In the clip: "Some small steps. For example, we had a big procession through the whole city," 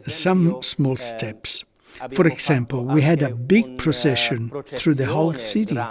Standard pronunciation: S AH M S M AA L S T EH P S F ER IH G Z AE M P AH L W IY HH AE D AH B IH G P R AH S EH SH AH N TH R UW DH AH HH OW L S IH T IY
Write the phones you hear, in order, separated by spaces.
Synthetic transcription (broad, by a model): S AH M S M AA L S T EH P S F ER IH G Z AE M P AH L W IY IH D AH B IH G P R AH S EH SH AH N TH R UW DH AH HH OW L S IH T IY